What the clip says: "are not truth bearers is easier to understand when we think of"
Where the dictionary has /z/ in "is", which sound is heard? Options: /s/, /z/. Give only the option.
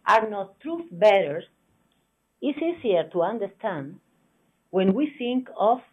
/s/